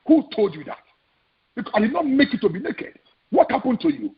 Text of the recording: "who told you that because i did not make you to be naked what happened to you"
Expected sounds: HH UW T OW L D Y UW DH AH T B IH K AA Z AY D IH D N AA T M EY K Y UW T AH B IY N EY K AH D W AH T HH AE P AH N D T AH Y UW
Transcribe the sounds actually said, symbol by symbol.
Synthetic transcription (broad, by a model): HH UW T OW L D Y UW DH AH T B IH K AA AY D IH D N AA T M EY K Y UW T AH B IY N EY K AH D W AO T HH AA P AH N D T AH Y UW